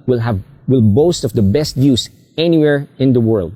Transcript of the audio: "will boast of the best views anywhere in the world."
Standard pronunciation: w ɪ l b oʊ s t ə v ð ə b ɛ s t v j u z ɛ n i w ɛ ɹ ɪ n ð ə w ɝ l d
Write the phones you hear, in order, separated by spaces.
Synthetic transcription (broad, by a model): w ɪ l b oʊ s t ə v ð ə b ɛ s t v j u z ɛ n i w ɛ ɹ ɪ n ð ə w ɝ l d